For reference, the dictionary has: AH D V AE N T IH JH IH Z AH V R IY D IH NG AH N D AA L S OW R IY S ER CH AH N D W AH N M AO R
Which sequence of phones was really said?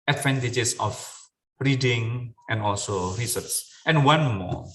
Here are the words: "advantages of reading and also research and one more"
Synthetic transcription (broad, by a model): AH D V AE N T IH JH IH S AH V R IY D IH NG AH N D AA L S OW R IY S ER S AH N W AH N M AO